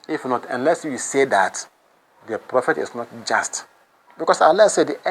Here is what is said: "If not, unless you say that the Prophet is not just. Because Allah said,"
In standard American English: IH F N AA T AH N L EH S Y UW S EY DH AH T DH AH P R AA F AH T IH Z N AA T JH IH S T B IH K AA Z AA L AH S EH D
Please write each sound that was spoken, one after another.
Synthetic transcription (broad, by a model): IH F N AA T AH N L EH S Y UW S EY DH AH T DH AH P R AA F AH T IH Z N AA T JH IH S T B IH K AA S AA L AH S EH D